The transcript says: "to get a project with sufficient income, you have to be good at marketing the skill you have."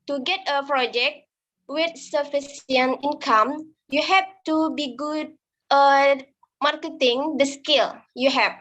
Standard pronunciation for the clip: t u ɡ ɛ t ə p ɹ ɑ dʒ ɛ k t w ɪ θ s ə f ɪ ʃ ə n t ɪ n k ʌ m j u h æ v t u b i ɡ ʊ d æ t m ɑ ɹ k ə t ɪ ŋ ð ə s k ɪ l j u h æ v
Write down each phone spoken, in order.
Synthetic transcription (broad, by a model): t u ɡ ɛ t ə p ɹ ɑ dʒ ɛ k t w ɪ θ s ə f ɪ s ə n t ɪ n k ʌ m j u h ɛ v t u b i ɡ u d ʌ m ɑ ɹ k ə t ɪ ŋ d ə s k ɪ l j u h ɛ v